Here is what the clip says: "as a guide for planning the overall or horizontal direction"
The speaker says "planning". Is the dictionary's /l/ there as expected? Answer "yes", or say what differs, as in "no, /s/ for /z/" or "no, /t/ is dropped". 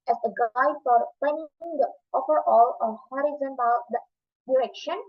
no, /l/ is dropped